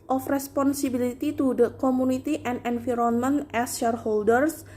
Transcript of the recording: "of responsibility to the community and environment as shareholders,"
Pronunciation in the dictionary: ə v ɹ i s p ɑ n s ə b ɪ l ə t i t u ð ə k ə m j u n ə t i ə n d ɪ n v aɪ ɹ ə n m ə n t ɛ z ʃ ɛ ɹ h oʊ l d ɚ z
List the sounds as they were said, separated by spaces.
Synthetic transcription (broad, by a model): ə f ɹ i s p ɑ n s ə b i l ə t i t u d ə k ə m u n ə t i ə n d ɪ n f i ɹ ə n m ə n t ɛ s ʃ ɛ ɹ h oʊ l d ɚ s